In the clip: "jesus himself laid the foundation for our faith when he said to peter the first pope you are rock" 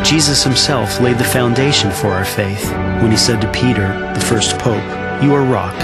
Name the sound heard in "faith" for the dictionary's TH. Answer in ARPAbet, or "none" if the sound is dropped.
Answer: TH